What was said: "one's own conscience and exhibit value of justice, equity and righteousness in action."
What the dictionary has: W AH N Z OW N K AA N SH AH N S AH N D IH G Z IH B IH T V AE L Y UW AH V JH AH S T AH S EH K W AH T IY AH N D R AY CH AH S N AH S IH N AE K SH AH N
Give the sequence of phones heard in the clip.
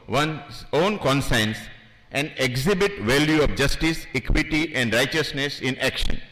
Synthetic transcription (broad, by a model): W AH N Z OW N K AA N S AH N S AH N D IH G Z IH B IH T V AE L Y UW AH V JH AH S T AH S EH K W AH T IY AH N D R AY CH AH S N AH S IH N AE K SH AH N